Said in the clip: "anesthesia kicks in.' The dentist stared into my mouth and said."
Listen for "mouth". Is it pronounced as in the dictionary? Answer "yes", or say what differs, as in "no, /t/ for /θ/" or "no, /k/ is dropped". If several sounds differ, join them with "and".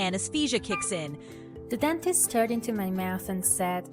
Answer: yes